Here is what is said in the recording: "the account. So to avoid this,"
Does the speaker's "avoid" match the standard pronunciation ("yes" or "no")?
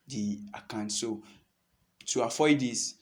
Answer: no